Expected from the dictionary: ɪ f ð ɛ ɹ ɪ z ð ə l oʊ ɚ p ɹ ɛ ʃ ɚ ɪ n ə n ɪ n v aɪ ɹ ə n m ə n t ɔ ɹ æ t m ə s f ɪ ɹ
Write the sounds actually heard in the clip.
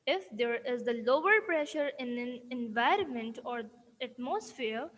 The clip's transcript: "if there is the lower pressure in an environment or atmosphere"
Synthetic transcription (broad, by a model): ɪ f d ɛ ɹ ɪ z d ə l oʊ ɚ p ɹ ɛ ʃ ɚ ɪ n ə n ɪ n v aɪ ɹ ə n m ə n t ɔ ɹ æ t m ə s f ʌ ɹ